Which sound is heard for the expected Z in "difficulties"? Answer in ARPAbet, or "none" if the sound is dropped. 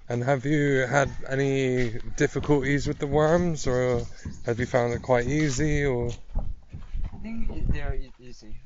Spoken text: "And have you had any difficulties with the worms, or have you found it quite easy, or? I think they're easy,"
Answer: Z